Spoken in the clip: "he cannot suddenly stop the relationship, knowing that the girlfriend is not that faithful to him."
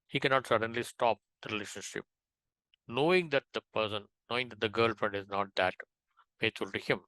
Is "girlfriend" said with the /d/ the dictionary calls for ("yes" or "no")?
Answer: yes